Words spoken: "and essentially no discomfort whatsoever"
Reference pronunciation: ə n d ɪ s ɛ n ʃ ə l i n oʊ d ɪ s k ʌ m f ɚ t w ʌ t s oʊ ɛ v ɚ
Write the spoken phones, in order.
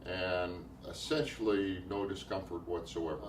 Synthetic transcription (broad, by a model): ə n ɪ s ɛ n ʃ l i n oʊ d ɪ s k ʌ m f ɚ t w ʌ t s oʊ ɛ v ɚ